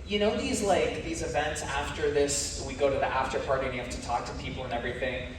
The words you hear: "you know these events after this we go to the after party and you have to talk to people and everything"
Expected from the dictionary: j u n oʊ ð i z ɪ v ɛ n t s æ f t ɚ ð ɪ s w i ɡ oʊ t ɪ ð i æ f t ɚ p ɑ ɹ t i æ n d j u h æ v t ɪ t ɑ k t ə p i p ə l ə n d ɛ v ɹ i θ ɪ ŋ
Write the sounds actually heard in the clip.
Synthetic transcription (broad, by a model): j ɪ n oʊ ð i z ɪ v ɛ n t s æ f t ɚ ð ɪ s w i ɡ oʊ t ɪ ð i æ f t ɚ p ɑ ɹ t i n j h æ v t ɪ t ɑ k t ə p i p l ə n ɛ v ɹ i θ ɪ ŋ